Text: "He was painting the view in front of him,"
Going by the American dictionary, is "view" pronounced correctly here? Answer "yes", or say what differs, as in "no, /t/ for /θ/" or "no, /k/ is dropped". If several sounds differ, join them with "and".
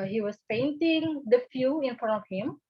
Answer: no, /f/ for /v/